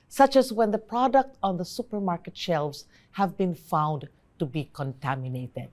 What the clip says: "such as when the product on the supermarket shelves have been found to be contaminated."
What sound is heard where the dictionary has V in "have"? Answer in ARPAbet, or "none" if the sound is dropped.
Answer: V